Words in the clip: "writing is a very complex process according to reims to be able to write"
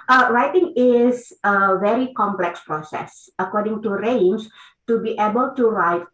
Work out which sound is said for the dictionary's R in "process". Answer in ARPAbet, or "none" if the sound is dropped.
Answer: R